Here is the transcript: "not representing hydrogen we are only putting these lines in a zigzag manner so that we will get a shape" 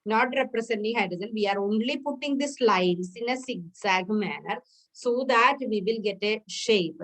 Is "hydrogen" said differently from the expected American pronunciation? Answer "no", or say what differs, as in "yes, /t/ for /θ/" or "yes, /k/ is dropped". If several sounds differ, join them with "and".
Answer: yes, /z/ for /dʒ/